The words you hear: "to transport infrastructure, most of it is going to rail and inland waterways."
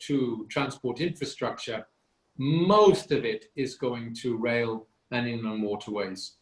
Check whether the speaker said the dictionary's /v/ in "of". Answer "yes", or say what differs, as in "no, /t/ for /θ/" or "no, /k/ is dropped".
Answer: yes